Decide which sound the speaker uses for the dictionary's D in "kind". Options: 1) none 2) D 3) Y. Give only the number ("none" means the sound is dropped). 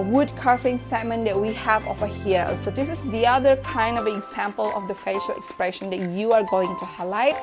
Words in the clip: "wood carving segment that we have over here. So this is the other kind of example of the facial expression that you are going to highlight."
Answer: 2